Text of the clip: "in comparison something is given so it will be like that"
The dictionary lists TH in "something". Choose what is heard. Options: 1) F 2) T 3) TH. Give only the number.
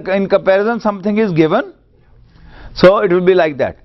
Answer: 2